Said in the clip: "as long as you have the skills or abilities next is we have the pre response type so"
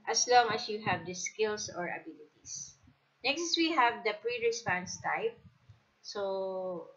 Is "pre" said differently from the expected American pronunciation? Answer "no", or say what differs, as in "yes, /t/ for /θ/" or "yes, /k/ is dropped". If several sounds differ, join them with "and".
no